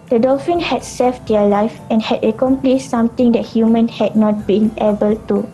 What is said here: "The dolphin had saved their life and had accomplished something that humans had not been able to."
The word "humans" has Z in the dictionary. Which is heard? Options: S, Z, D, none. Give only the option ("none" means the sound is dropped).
none